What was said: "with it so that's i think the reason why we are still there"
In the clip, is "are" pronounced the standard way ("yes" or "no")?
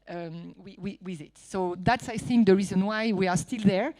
yes